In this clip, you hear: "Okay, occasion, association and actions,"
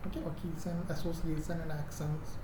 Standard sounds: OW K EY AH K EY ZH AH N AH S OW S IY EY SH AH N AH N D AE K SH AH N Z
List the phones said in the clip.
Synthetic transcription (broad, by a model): OW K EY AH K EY S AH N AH S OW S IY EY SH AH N AH N D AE K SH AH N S